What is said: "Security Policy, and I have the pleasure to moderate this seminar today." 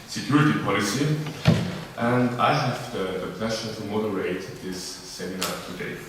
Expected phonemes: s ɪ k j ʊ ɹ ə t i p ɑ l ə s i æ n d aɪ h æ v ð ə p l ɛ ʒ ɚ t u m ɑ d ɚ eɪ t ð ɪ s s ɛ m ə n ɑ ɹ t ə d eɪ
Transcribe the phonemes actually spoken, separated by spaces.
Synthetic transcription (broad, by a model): s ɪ k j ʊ ɹ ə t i p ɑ l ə s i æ n d aɪ h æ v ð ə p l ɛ ʃ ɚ t u m ɑ d ɚ eɪ t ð ɪ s s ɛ m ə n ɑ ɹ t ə d eɪ